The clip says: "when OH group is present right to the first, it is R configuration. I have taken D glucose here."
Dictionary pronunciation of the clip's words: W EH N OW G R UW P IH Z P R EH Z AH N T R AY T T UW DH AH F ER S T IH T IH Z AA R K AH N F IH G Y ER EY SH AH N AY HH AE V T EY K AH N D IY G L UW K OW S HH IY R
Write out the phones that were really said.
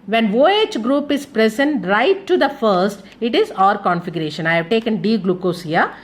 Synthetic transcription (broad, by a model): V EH N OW G R UW P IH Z P R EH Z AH N T R AY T T UW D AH F ER S T IH T IH Z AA R K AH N F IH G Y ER EY SH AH N AY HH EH V T EY K AH N D IY G L UW K OW S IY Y